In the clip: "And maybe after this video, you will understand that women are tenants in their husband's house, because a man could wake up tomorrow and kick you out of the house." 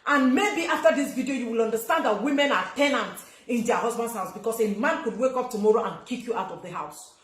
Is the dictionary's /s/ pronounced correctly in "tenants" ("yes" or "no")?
no